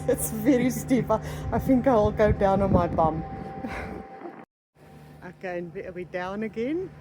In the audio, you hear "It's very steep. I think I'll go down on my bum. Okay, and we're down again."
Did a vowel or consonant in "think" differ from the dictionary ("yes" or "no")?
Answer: no